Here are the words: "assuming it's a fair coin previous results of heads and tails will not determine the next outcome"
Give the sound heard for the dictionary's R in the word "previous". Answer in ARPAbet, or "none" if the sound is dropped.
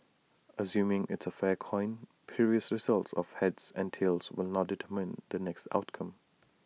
none